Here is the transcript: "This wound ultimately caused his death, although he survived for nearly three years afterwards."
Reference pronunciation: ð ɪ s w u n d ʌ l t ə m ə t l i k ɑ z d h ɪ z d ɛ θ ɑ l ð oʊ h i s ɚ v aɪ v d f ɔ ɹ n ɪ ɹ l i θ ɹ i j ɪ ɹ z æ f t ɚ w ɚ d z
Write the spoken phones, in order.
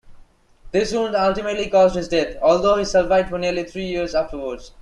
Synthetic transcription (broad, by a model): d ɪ s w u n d ʌ l t ə m ə t l i k ɑ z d h ɪ z d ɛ t ɑ l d oʊ h i s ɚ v aɪ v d f ɔ ɹ n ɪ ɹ l i t ɹ i j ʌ ɹ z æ f t ɚ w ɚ d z